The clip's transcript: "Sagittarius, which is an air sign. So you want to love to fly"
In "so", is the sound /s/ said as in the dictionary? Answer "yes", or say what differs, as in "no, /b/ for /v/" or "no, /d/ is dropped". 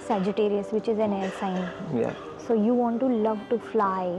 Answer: yes